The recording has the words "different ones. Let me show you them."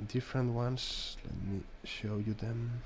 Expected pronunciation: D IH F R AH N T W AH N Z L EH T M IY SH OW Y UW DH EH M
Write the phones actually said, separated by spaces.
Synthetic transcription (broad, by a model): D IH F R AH N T W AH N S L EH T M IY SH OW Y UW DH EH M